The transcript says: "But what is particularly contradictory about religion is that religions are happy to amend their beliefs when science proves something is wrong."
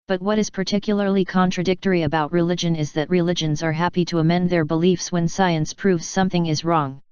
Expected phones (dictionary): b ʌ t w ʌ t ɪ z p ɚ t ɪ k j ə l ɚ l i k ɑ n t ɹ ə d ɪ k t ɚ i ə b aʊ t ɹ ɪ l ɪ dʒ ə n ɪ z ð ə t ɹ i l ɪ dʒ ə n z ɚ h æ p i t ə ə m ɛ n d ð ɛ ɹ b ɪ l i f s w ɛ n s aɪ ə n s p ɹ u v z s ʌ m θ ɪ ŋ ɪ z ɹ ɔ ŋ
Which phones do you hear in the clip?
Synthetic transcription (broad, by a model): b ʌ t w ʌ t ɪ z p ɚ t ɪ k j l ɚ l i k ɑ n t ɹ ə d ɪ k t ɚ i ə b aʊ t ɹ ɪ l ɪ dʒ ə n ɪ z ð ə t ɹ i l ɪ dʒ ə n z ɚ h æ p i t ə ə m ɛ n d ð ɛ ɹ b ɪ l i f s w ɛ n s aɪ ə n s p ɹ u v z s ʌ m θ ɪ ŋ ɪ z ɹ ɔ ŋ